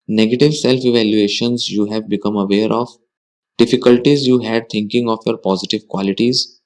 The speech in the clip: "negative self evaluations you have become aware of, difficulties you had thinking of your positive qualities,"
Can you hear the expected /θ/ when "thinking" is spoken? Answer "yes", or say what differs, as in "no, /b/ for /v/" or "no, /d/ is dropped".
no, /t/ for /θ/